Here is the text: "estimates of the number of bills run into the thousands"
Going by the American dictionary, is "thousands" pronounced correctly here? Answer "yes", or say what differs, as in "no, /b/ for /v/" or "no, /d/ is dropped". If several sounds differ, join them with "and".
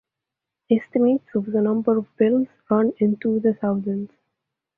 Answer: no, /s/ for /θ/